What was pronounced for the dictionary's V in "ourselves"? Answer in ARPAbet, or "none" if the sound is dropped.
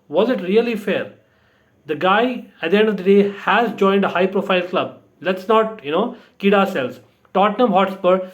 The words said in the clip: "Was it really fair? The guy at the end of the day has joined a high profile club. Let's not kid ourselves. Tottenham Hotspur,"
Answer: none